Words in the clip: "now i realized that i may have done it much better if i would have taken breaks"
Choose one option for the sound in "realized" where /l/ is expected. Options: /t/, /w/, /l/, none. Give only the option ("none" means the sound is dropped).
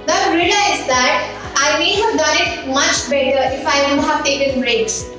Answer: none